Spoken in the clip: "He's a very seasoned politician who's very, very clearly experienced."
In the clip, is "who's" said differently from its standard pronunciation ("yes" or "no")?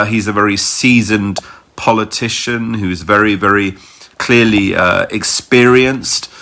no